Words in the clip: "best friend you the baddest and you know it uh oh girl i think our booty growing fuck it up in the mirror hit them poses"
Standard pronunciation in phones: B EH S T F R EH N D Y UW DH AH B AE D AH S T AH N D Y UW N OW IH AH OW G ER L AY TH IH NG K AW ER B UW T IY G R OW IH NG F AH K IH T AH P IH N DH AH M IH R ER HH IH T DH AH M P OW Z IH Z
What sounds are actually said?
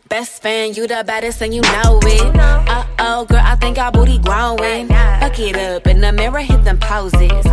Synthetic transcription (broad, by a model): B EH S T F AE N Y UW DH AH B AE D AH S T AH N Y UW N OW IH AH OW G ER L AY TH IH NG K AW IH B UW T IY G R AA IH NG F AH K IH T AH P IH N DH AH M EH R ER HH IH T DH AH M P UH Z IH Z